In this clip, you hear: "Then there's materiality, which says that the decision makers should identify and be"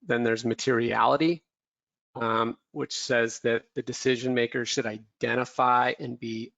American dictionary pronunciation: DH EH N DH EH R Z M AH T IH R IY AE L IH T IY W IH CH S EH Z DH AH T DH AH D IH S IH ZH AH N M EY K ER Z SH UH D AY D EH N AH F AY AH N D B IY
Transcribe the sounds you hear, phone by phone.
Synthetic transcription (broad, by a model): DH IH N DH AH R Z M AH T IH R IY AE L IH T IY W IH CH S EH Z DH AH T DH AH D IH S IH ZH AH N M EY K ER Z SH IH D AY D EH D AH F AY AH N B IY